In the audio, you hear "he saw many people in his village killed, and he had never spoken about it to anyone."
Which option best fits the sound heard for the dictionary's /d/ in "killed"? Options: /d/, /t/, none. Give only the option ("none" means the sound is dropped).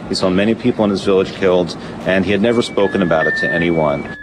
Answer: /d/